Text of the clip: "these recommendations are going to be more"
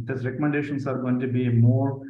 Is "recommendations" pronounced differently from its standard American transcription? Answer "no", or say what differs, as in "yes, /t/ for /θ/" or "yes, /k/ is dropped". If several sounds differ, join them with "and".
yes, /s/ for /z/